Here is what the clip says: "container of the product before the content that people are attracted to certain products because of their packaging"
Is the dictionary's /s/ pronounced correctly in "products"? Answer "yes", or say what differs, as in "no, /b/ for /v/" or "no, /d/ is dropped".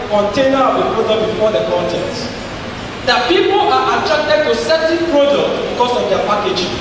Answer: no, /s/ is dropped